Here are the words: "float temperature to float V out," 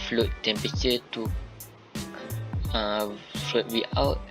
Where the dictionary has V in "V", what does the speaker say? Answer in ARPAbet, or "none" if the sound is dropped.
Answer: W